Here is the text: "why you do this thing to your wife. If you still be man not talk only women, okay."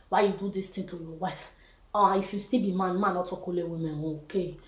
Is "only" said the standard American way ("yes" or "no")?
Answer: no